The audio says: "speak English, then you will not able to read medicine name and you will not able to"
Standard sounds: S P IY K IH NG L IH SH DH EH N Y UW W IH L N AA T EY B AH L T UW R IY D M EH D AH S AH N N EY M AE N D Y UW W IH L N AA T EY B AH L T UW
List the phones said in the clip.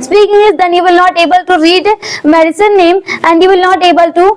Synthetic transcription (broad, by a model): S P IY K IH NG IH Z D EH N Y UW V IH L N AA T EY B AH L T UW R IY D M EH D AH S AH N N EY M AE N D Y UW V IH L N AA T EY B AH L T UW